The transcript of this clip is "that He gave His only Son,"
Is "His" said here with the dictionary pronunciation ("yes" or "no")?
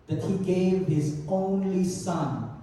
yes